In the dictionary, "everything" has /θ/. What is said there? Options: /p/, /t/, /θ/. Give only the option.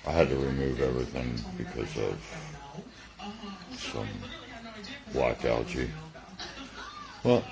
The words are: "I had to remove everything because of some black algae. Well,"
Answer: /θ/